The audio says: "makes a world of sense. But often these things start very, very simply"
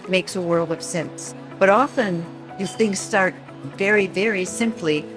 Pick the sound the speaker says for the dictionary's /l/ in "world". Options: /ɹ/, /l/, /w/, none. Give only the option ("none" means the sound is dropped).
/l/